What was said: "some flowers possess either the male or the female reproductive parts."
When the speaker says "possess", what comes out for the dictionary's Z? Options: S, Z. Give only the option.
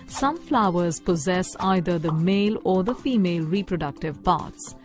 Z